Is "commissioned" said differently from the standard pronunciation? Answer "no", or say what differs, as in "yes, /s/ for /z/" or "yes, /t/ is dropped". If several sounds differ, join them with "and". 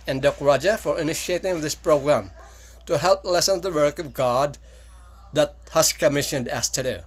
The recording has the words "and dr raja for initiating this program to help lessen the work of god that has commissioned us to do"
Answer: no